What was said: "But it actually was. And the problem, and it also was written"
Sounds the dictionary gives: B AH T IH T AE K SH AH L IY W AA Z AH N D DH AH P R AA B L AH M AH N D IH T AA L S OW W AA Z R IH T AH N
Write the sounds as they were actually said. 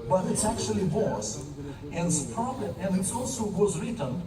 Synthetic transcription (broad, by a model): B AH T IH T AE K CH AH L IY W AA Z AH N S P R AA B AH AH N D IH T AA L S OW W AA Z R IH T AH N